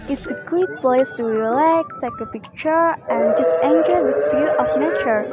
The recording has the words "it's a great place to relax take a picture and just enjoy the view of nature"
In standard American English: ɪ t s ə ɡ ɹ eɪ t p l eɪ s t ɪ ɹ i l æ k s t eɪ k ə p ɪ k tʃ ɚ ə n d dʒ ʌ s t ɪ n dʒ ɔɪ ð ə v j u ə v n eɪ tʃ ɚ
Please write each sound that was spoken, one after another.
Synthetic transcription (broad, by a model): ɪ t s ə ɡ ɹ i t p l eɪ s t ɪ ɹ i l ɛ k t eɪ k ə p ɪ k tʃ ɚ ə n dʒ ʌ s t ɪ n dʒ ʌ ð ə f j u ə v n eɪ tʃ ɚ